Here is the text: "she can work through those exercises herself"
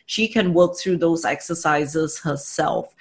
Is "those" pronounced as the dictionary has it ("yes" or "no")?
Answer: yes